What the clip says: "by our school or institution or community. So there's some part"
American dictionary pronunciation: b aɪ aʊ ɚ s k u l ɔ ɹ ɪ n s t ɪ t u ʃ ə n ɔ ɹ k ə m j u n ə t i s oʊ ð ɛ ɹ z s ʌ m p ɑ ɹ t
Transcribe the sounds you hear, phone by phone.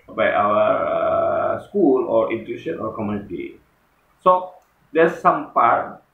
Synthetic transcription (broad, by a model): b aɪ aʊ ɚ s k u l ɔ ɹ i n t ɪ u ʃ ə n ɔ ɹ k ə m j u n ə t i s oʊ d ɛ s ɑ m p ɑ ɹ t